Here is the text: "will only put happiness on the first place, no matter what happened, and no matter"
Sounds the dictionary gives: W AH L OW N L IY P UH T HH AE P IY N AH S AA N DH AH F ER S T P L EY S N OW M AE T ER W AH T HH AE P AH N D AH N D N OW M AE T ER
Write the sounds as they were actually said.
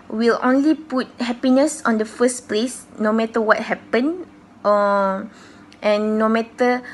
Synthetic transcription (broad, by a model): W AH L OW N L IY P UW T HH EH P IY N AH S AA N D AH F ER S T P L EY S N OW M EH T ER W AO T HH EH P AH N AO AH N N OW M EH T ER